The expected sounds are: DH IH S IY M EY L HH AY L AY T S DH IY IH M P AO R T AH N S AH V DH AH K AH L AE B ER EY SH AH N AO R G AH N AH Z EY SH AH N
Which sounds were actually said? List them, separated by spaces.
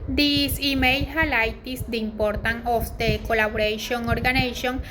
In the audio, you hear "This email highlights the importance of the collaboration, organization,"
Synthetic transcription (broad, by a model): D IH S IY M EY L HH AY L AY T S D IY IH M P AO R T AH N AH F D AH K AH L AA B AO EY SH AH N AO R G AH N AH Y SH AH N